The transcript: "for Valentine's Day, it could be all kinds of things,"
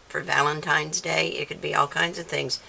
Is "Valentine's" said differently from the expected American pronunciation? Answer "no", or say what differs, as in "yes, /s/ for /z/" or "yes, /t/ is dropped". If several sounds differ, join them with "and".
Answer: no